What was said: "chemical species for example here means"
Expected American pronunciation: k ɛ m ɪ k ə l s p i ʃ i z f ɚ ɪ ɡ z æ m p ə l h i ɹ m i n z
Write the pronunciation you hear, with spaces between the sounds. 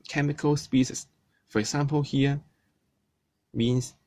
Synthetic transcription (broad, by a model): k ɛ m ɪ k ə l s p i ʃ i s f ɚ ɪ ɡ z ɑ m p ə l h i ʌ m i n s